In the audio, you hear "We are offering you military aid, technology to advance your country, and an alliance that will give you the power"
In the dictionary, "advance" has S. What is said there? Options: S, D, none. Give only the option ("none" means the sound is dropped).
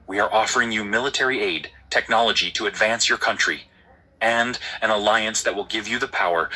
S